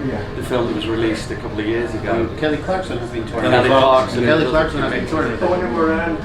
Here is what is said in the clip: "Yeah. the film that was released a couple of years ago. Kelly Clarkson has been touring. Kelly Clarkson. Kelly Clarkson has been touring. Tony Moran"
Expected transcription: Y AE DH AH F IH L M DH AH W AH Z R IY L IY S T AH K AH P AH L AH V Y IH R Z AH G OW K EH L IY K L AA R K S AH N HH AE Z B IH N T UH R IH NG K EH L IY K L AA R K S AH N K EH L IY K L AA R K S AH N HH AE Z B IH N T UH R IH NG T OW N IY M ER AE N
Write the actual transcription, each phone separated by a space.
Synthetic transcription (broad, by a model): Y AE DH AH F IH L M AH W AH Z R IY L IY S T AH K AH P L AH V Y IH R Z AH G OW K EH L IY K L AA R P S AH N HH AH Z B IH N T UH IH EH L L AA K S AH K EH L IY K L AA R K S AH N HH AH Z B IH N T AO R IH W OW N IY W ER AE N